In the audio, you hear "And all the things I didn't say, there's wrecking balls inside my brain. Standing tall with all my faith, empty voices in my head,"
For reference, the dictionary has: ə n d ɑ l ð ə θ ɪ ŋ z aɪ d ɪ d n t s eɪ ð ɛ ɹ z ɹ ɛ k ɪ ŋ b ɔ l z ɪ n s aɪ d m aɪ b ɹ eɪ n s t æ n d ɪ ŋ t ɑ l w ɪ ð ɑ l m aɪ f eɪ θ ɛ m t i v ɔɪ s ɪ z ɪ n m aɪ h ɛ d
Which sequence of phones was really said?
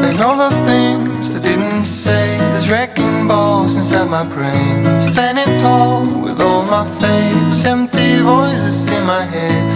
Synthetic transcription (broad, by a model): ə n ɑ l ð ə θ ɪ ŋ z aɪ d ɪ d n t s eɪ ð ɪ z ɹ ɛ k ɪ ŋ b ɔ z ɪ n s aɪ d m aɪ b ɹ eɪ n s t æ n d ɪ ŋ t ɑ l w ɪ ð ɑ l m aɪ f eɪ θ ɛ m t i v ɔɪ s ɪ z ɪ n m aɪ h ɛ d